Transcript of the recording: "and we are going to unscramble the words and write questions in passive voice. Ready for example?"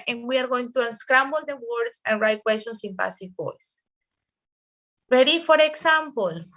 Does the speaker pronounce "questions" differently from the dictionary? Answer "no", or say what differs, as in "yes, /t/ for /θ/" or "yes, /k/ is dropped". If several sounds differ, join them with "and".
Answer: yes, /s/ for /z/